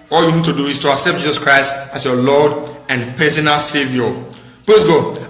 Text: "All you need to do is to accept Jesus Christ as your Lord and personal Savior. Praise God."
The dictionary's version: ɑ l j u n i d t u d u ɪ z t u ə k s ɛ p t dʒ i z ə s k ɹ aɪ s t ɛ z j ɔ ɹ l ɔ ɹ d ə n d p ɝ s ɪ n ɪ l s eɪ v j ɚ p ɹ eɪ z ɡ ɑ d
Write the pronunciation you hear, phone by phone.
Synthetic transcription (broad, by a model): ɑ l j u n i d t u d u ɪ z t u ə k s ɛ p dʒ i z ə s k ɹ aɪ s t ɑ s j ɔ l ɔ d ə n p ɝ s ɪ n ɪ s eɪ v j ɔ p l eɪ s ɡ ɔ